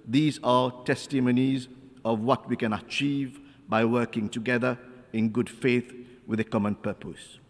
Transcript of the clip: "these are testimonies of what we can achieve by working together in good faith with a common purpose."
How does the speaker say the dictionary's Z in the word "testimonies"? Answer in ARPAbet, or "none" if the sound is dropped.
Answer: Z